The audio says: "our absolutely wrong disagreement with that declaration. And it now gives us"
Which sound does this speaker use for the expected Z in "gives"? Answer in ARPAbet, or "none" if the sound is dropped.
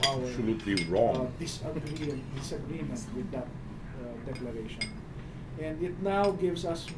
S